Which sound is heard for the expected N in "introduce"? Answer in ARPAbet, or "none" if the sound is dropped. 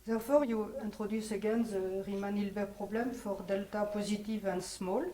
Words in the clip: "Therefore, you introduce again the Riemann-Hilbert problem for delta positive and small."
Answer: none